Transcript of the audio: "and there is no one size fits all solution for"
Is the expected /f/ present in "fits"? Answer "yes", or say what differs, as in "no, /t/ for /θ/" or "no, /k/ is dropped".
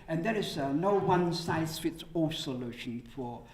yes